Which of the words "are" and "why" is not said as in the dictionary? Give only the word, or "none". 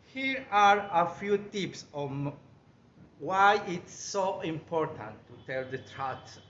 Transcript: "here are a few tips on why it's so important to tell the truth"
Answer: none